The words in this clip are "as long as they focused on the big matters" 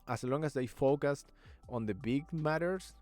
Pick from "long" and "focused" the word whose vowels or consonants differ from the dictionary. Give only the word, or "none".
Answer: none